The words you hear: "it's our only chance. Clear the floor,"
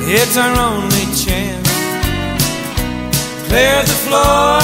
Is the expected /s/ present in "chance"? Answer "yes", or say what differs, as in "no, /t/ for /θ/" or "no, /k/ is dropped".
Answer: no, /s/ is dropped